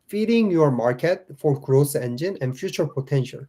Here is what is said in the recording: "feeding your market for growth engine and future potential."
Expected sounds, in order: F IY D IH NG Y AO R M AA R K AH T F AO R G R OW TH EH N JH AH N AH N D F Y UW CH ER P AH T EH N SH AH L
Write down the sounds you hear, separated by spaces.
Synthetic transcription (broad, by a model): F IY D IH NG Y AO R M AA R K AH T F AO R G R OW S EH N JH AH N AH N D F Y UW CH ER P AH T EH N SH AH L